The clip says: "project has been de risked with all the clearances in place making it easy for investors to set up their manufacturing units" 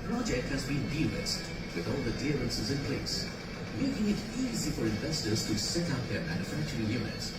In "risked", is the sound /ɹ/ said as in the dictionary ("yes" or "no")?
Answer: no